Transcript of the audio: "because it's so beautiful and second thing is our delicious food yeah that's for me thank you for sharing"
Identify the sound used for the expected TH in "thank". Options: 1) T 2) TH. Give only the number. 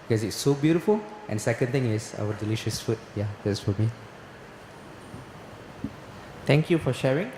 1